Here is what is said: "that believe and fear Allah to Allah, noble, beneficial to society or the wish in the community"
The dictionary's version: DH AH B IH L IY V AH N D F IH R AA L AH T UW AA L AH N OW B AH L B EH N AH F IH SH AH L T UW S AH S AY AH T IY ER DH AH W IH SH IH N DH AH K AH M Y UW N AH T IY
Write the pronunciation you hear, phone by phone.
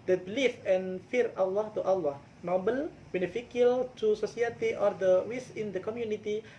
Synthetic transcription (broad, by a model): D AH B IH L IY F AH N F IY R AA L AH T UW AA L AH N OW B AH L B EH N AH F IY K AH L T UW S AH S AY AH T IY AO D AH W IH S IH N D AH K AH M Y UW N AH T IY